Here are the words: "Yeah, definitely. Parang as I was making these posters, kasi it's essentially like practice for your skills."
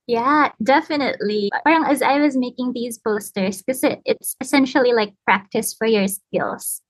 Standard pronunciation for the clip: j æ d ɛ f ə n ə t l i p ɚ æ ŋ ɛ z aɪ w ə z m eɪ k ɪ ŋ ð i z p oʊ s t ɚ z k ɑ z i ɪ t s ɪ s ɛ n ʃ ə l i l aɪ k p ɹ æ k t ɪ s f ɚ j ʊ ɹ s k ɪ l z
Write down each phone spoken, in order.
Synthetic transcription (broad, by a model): j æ d ɛ f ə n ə t l i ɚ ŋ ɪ z aɪ w ə z m eɪ k ɪ ŋ ð i z b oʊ s t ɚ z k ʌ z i ɪ t s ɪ s ɛ n ʃ l i l aɪ k p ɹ æ k t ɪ s f ɚ j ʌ ɹ s k ɪ l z